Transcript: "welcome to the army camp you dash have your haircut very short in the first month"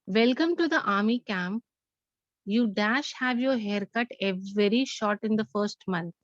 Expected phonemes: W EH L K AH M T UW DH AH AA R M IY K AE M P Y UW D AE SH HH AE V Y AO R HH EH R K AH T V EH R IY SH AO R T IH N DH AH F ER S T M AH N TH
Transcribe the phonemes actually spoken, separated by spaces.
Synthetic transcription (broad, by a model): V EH L K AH M T UW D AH AA R M IY K AE M P Y UW D AE SH HH AE V Y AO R HH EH R K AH T V EH R IY SH AO R T IH N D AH F ER S T M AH N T